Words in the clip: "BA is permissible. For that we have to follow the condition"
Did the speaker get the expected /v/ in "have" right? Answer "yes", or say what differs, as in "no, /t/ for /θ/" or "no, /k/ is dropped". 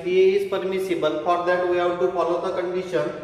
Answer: no, /w/ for /v/